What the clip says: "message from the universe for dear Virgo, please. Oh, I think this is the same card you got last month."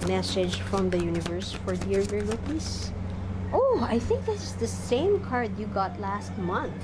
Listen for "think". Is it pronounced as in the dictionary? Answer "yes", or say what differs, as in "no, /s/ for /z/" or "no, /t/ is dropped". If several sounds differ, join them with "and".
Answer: yes